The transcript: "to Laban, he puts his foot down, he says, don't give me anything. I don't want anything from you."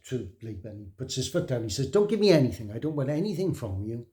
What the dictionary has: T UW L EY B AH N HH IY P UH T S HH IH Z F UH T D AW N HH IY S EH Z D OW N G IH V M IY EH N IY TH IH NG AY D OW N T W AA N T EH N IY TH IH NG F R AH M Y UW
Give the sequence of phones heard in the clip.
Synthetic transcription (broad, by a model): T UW L EY B AH N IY P UH T S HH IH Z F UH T D AW N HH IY S EH Z D OW N G IH V M IY EH N IY TH IH NG AY D OW N T W AA N T EH N IY TH IH NG F R AH M Y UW